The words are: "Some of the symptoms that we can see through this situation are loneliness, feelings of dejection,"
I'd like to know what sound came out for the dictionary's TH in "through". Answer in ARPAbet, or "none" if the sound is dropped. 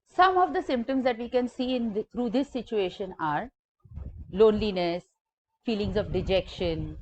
T